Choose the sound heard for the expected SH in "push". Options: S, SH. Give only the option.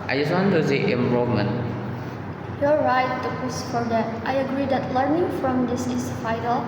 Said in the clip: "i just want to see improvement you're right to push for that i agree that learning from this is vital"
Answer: S